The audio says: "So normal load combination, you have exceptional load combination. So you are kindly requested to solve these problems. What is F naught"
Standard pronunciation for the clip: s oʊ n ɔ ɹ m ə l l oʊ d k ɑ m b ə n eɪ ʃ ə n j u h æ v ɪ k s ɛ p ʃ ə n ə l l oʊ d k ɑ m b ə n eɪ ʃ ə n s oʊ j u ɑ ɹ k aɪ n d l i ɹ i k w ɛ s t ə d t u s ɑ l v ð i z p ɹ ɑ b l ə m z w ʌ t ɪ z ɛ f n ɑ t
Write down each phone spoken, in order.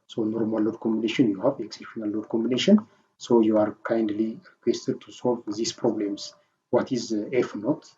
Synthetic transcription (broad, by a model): s oʊ n ɔ ɹ m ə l l oʊ d k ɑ m b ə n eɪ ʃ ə n j u h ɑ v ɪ k s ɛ p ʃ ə n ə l l oʊ d k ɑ m b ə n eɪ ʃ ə n s oʊ j u ɑ ɹ k aɪ n d l i ɹ i k w ɛ s t ə d t u s ɑ l v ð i s p ɹ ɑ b l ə m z w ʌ t ɪ z ɛ f n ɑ t